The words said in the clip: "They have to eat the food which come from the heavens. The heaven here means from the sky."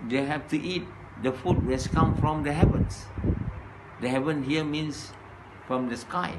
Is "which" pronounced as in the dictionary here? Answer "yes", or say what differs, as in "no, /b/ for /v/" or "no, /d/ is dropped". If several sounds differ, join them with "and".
no, /s/ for /tʃ/